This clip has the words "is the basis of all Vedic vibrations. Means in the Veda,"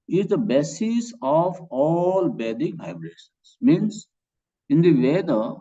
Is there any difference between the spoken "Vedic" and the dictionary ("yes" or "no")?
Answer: yes